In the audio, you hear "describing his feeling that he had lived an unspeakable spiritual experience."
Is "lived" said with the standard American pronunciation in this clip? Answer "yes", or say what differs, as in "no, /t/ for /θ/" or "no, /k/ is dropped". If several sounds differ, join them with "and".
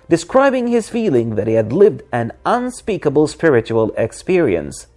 yes